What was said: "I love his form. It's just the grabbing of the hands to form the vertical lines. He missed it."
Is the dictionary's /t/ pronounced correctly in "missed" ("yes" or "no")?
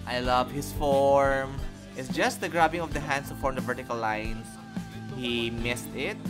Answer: yes